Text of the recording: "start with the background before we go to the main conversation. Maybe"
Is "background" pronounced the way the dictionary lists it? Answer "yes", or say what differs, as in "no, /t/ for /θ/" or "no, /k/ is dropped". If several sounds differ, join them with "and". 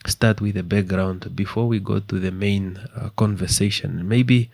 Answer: yes